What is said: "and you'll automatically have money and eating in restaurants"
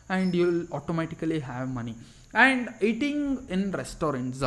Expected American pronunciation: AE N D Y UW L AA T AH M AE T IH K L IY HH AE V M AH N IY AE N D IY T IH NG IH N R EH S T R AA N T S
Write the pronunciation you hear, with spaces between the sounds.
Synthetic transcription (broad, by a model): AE N D Y UW L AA T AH M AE T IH K L IY HH AE V M AH N IY AE N D IY T IH NG IH N R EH S T R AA N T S